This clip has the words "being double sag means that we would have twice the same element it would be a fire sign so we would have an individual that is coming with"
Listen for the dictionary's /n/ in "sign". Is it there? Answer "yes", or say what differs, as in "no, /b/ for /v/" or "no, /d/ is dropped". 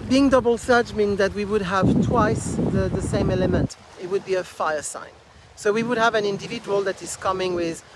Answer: yes